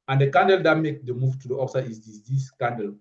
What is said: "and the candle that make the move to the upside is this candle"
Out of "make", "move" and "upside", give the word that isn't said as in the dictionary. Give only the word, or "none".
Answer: upside